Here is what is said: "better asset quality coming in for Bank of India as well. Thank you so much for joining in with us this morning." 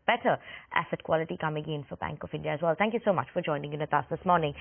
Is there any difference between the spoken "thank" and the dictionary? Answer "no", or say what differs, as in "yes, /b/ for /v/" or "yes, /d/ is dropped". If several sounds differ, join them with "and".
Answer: no